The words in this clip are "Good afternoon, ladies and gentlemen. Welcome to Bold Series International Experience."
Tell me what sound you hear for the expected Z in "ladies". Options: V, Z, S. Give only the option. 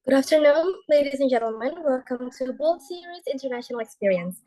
Z